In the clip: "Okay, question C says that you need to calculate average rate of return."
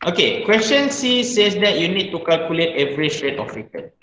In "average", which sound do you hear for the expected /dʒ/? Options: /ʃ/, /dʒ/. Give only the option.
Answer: /ʃ/